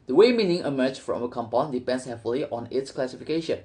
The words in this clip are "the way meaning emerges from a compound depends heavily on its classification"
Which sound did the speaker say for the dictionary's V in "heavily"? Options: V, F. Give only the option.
F